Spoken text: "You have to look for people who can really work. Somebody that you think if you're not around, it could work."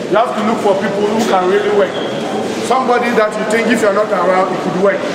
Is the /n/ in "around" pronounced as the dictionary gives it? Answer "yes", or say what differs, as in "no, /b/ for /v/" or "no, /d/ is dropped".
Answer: no, /n/ is dropped